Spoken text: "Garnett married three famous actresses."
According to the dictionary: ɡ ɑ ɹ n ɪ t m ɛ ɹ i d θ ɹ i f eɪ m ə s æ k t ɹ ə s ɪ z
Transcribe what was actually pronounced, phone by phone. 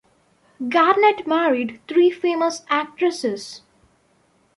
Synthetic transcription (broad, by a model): ɡ ɑ ɹ n ɪ t m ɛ ɹ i d t ɹ i f eɪ m ə s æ k t ɹ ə s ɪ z